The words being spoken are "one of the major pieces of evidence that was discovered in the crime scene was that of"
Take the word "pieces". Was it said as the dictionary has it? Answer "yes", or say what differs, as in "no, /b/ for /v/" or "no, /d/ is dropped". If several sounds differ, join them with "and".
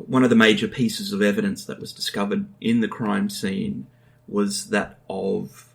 yes